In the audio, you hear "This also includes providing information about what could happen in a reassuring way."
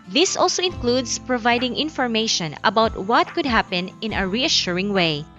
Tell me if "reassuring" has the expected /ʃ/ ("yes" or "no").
yes